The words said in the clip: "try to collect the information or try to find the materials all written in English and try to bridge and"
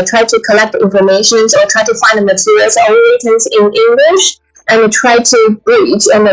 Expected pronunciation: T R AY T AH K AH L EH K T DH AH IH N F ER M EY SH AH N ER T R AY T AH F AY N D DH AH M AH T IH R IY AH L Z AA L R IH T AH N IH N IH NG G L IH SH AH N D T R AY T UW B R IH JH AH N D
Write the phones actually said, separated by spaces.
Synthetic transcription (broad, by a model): T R AY T AH K AH L EH K T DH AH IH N F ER M EY SH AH N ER T R AY T AH F AY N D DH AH M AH T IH R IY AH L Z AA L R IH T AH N IH N IH NG G L IH SH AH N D T R AY T UW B R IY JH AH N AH